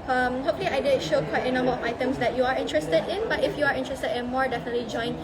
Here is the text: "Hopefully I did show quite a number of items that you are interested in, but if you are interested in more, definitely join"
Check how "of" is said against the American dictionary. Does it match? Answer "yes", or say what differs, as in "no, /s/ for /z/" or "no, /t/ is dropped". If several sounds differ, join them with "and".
no, /f/ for /v/